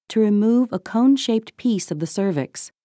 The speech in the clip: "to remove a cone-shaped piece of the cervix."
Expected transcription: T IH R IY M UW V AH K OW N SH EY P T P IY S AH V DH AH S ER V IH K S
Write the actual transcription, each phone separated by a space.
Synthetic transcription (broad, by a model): T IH R IY M UW V AH K OW N SH EY P T P IY S AH V DH AH S ER V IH K S